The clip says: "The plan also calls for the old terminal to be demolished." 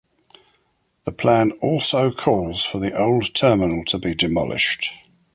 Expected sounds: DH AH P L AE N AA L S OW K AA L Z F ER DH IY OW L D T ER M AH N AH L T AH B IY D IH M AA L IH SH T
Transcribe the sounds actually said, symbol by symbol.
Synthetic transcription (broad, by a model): DH AH P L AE N AA L S OW K AA L Z F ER DH IY OW L D T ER M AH N AH L T AH B IY D IH M AA L IH SH T